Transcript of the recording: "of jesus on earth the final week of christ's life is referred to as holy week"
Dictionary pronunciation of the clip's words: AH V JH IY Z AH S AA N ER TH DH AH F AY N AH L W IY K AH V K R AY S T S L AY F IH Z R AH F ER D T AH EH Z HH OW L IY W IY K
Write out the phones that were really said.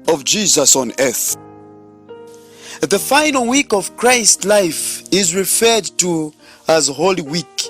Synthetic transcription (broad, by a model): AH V JH IY Z AH S AA N ER TH DH AH F AY N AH L W IY K AH V K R AY S T L AY F IH Z R AH F ER D T AH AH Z HH OW L IY W IY K